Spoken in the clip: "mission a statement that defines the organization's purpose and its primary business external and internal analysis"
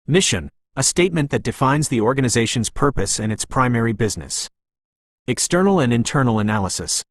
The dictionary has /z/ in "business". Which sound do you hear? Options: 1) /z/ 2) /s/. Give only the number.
1